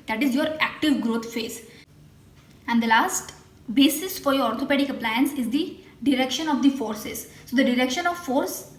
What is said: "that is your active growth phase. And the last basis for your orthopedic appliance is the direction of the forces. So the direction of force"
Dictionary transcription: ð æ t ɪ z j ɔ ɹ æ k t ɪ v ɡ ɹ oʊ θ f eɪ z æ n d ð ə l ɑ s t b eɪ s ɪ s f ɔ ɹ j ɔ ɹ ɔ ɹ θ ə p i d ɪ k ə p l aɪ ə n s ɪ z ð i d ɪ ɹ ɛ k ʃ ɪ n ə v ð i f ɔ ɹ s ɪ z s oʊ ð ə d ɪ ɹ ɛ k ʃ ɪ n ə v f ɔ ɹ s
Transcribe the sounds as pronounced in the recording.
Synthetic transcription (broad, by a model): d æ t ɪ z j ɔ ɹ æ k t ɪ v ɡ ɹ oʊ t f eɪ s æ n d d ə l ɑ s t b eɪ s ɪ s f ɔ ɹ j ɔ ɹ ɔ ɹ t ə p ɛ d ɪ k ə p l aɪ ə n s ɪ z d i d ɪ ɹ ɛ k ʃ ɪ n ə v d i f ɔ ɹ s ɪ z s oʊ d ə d ɪ ɹ ɛ k ʃ ɪ n ə v f ɔ ɹ s